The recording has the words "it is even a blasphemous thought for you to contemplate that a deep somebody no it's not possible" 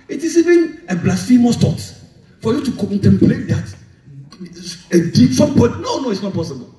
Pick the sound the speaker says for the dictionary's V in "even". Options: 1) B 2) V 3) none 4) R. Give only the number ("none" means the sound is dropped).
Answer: 2